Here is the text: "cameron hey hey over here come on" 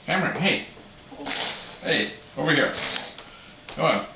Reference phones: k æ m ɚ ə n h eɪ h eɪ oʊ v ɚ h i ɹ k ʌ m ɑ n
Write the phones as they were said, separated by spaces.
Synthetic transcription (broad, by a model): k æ m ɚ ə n h eɪ h eɪ oʊ v ɚ h i ɹ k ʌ ɑ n